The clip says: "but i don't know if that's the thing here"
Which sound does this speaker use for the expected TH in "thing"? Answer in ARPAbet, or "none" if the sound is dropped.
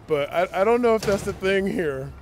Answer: TH